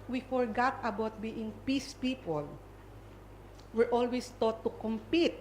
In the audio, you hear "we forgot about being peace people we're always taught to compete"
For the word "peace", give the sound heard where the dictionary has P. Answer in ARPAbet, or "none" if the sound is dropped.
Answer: P